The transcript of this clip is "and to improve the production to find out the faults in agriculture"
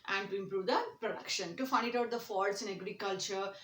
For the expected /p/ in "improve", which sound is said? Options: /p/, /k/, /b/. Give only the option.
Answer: /p/